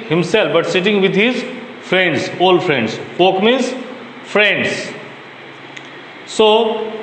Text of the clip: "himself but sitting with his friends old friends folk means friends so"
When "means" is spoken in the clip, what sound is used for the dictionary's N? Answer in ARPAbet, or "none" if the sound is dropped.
none